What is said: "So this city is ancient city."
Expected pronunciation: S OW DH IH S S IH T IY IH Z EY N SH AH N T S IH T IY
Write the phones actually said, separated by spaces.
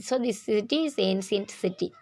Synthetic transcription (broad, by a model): S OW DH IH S S IH T IY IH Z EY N S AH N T S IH T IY